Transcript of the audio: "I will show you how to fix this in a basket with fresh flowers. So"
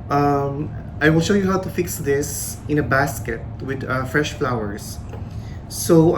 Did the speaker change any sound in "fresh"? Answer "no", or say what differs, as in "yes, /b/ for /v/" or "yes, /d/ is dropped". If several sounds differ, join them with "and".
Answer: no